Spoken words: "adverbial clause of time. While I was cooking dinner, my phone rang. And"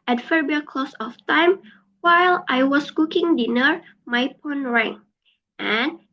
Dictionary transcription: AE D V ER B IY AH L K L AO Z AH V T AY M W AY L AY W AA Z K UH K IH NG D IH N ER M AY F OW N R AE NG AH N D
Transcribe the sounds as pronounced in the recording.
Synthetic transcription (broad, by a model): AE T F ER B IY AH K L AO S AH F T AY M W AY L AY W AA S K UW K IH NG D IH N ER M AY P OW N R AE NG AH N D